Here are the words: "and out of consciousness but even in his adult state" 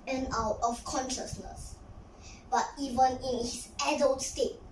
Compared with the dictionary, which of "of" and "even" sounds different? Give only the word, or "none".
of